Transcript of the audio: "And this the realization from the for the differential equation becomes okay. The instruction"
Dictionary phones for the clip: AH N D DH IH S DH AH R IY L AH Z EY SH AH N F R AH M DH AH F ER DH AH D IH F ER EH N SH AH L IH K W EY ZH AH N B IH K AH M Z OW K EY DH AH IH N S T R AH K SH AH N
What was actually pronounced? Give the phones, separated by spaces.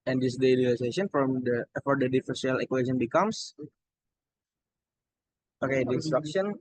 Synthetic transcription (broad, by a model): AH N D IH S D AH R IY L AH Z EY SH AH N F R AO M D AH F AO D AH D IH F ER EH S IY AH L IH K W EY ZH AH N B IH K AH M S OW K EY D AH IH N S T R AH K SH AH N